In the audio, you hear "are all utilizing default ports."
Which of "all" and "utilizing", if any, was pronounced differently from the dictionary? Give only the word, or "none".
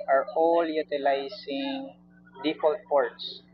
utilizing